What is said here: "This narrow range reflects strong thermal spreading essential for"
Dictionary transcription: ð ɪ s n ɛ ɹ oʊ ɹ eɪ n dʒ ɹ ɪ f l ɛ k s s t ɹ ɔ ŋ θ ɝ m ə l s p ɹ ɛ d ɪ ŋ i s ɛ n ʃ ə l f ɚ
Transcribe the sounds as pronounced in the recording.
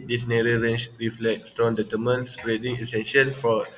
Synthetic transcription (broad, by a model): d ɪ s n ɛ ɹ oʊ ɹ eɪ n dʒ ɹ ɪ f l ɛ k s s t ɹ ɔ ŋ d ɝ m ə n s ɹ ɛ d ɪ ŋ i s ɛ n ʃ ə l f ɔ